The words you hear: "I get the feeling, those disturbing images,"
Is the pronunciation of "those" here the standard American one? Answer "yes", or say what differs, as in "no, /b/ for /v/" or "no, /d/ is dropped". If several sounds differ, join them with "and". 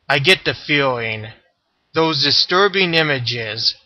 yes